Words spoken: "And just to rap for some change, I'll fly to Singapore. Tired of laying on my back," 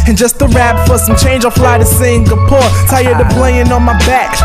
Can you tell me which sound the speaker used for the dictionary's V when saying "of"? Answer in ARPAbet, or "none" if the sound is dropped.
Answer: B